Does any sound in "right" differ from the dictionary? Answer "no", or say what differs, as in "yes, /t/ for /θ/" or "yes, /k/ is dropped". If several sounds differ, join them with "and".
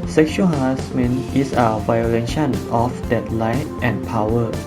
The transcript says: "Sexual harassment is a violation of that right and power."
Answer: yes, /l/ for /ɹ/